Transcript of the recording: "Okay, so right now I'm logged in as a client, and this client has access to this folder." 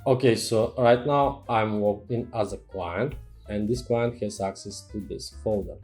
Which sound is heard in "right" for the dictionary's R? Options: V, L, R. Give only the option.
R